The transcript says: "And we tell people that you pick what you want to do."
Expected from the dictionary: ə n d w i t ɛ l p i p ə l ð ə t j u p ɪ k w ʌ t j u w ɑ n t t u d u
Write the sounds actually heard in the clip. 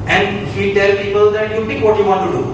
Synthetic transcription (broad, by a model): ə n d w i t ɛ l p i p ə l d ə t j u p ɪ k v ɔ t j u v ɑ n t t u d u